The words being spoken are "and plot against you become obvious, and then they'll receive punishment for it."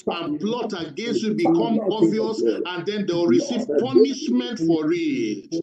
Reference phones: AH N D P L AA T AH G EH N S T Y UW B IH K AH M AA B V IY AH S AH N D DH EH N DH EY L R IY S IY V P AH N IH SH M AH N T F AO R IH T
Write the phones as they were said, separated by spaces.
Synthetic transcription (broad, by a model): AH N P L AA T AH G EH N S T Y UW B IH K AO M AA V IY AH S AH N D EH N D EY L R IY S IY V P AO N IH SH M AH N T F AO R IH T